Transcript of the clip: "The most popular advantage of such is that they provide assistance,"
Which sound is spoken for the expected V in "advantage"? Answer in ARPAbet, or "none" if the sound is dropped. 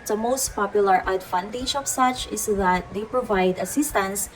F